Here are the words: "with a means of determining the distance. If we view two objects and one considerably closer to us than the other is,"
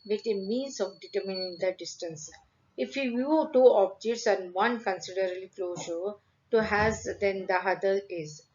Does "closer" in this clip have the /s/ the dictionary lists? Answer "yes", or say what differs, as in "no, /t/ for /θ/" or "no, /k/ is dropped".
no, /ʃ/ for /s/